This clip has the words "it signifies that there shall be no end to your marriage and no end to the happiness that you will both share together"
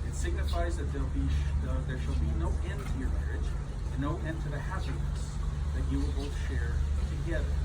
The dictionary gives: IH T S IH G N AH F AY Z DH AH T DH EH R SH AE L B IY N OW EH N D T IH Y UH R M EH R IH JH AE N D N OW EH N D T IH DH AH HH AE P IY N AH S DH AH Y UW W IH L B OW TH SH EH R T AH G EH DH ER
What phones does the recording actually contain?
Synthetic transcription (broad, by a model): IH T S IH G N AH F AY Z DH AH T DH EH R SH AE L B IY N OW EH N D T IH Y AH R M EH R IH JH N N OW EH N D T IH DH AH HH AE P IY N AH S DH AH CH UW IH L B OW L SH EH R T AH G EH DH ER